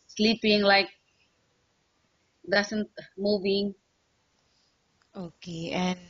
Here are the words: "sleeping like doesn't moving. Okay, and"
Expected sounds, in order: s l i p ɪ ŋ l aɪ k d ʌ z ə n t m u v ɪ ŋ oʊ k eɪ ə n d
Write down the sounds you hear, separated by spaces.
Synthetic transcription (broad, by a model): s l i p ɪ ŋ l aɪ k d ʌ s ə n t m u v ɪ ŋ oʊ k eɪ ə n